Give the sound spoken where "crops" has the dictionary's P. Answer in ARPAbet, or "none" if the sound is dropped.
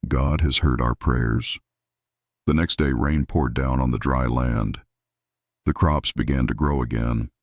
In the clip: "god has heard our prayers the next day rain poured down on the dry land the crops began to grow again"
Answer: P